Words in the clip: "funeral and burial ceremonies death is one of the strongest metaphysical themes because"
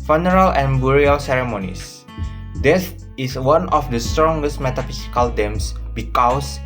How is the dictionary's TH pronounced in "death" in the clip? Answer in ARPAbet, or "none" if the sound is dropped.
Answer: S